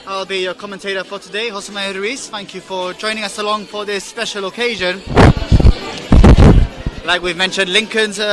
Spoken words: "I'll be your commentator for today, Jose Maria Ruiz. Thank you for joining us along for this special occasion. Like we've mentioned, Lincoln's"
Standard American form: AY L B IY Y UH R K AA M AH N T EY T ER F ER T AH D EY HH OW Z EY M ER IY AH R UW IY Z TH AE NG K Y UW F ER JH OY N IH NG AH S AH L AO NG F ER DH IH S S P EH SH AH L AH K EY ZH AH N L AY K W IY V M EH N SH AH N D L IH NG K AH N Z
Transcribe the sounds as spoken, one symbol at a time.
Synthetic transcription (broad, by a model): AY L B IY Y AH K AA M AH N T EY T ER F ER T AH D EY HH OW S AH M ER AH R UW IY S TH AE NG K Y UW F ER JH OY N IH NG AH S AH L AO NG F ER DH IH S S P EH SH AH L AH K EY ZH AH N L AY K W IY V M EH N SH AH N D L IH NG K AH N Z